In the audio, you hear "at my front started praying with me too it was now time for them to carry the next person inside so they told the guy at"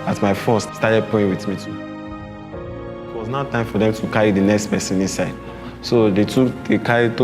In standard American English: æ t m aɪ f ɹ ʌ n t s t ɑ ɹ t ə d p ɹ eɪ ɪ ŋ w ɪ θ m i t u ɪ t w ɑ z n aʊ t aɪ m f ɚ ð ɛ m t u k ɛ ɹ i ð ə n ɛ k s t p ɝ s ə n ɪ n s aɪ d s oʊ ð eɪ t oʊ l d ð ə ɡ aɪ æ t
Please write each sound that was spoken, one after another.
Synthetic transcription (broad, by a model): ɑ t m aɪ f ɔ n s s t ɑ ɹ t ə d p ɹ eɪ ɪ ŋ w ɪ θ m i t u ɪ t w ɑ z n aʊ t aɪ m f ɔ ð ɛ m t u k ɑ ɹ i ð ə n ɛ k s t p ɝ s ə n ɪ n s aɪ d s oʊ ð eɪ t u d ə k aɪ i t